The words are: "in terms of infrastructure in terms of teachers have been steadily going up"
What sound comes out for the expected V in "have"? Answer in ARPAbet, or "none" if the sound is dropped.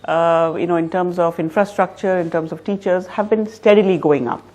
V